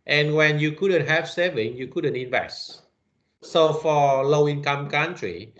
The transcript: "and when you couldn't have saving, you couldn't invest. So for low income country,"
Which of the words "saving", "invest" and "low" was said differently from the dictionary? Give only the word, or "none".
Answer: none